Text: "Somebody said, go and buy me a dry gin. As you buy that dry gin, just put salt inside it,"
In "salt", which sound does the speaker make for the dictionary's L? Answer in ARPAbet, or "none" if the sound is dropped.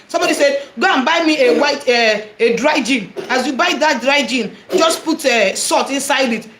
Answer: none